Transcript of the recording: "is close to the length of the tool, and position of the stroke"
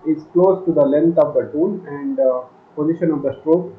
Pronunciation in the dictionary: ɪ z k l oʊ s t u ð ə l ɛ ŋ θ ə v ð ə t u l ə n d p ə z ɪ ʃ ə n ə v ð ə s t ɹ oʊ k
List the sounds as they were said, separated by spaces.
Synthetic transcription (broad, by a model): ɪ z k l oʊ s t u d ə l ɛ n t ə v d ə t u n ə n d p ə z ɪ ʃ ə n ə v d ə s t ɹ oʊ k